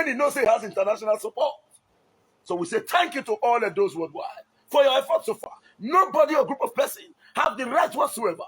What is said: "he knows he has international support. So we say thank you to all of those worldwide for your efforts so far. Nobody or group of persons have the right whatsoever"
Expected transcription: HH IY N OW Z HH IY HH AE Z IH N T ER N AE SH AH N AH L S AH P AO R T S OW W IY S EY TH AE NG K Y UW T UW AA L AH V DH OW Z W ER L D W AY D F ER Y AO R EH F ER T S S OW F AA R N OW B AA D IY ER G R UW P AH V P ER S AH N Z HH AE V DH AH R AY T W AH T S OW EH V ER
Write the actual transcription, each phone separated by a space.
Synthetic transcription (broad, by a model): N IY N OW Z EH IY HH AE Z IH N T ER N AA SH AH N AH L S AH P AO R T S OW W IY S EY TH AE NG K Y UW T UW AA L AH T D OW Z W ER D W AY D F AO Y AO R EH F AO T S S OW F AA N OW B AA D IY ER G R UW P AH V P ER S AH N HH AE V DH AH R AY T W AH T S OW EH V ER